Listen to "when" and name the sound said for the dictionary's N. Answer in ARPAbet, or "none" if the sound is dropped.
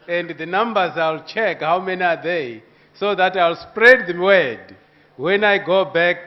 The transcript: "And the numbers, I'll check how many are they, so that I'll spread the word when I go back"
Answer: N